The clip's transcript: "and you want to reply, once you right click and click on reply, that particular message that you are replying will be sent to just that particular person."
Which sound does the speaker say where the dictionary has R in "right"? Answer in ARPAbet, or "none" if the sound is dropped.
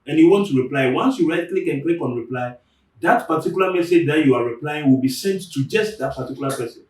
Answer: R